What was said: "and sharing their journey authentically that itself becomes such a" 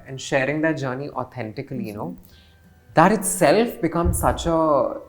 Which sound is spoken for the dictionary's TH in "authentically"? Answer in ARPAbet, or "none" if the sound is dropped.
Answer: T